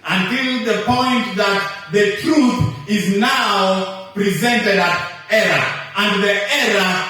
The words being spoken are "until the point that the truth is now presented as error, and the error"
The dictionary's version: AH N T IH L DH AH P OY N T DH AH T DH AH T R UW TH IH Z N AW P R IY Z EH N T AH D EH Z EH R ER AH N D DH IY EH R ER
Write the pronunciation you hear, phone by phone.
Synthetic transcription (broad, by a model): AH N T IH L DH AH P OY N T DH AH T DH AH T R UW TH IH Z N AW P R IY Z EH N T AH D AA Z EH R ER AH N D DH IY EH R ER